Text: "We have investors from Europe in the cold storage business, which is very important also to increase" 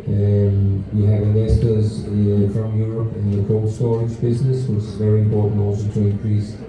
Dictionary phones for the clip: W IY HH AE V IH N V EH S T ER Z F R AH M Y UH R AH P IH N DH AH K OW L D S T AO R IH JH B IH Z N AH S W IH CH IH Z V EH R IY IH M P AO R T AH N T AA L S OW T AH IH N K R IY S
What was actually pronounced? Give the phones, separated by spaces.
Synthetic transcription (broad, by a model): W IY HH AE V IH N EH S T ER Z F R AH M Y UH R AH P IH N DH AH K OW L S T AO R IH JH B IH Z N AH S W IH CH IH Z V EH R IY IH M P AO R T N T AA L S OW T AH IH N K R IY S